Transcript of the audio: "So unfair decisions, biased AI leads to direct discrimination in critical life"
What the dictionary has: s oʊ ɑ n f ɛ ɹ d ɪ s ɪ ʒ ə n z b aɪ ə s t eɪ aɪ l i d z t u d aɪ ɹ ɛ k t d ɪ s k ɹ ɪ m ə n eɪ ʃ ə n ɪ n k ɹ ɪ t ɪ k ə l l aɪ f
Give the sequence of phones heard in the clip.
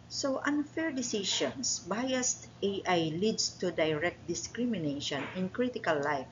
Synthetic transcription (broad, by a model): s oʊ ɑ n f ɛ ɹ d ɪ s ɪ ʃ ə n s b aɪ ə s t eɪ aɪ l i d s t u d aɪ ɹ ɛ k t d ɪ s k ɹ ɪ m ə n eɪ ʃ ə n ɪ n k ɹ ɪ t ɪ k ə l l aɪ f